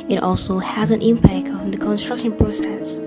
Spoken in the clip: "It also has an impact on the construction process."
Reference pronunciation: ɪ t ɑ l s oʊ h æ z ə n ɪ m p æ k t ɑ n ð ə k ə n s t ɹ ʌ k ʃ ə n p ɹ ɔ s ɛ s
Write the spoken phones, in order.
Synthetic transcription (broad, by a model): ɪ t ɑ l s oʊ h æ z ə n ɪ m p æ k t ɑ n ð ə k ə n s t ɹ ʌ k ʃ ə n p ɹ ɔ s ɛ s